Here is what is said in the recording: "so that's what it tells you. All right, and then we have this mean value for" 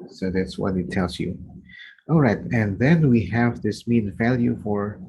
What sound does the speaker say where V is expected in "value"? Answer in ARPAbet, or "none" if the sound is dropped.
V